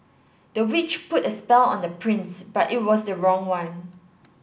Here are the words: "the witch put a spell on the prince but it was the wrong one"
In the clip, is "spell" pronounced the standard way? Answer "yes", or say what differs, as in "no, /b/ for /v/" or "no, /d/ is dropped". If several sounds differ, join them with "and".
yes